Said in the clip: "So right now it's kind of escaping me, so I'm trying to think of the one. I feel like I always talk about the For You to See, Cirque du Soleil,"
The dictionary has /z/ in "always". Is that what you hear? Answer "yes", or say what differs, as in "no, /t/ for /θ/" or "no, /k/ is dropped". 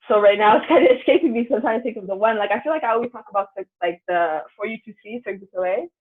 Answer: no, /z/ is dropped